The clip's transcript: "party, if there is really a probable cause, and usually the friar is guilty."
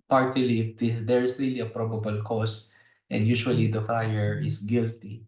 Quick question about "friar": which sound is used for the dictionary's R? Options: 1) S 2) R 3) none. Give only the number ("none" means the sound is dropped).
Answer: 2